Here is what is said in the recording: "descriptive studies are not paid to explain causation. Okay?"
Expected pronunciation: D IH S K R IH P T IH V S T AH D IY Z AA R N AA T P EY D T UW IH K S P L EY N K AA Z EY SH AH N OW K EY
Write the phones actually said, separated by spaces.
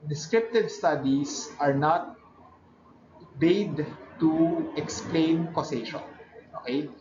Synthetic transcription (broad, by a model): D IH S K R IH P T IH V S T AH D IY S AA R N AA T B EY D T UW IH K S P L EY N K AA S EY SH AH N OW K EY